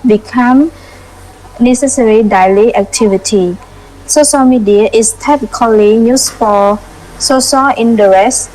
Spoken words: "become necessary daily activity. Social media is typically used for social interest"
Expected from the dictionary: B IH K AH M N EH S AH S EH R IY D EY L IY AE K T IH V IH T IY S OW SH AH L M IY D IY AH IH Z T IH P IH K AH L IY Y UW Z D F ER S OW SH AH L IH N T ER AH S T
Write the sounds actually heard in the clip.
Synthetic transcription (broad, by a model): B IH K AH M N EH S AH S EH R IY D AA L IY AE K T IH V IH T IY S OW SH AH L M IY D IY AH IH S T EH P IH K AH L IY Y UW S F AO S OW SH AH L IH N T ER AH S